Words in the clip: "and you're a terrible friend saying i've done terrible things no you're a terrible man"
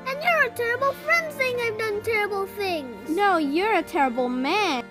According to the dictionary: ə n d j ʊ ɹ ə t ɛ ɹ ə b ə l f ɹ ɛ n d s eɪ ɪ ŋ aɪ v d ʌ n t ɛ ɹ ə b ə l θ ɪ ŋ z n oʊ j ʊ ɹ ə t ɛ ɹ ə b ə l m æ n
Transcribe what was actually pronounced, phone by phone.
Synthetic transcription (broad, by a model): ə n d j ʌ ɹ ə t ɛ ɹ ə b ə l f ɹ ɛ n d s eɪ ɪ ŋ aɪ v d ʌ n t ɛ ɹ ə b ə l θ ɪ ŋ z n oʊ j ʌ ɹ ə t ɛ ɹ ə b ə l m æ